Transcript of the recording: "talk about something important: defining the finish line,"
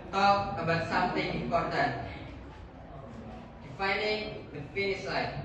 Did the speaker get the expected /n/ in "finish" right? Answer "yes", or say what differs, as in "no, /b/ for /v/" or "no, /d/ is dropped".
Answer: no, /n/ is dropped